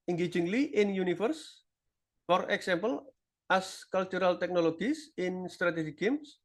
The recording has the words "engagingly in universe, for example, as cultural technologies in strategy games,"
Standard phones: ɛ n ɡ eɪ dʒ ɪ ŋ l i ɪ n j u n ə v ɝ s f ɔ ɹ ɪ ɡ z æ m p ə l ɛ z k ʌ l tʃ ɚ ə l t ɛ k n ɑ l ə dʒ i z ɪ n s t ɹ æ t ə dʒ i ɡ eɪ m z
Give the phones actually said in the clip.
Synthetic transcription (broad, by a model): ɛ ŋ ɡ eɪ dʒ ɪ ŋ l i ɪ n j u n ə f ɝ s f ɔ ɹ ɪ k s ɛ m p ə l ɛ s k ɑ l tʃ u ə l t ɛ k n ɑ l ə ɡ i s ɪ n s t ɹ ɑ t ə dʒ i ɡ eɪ m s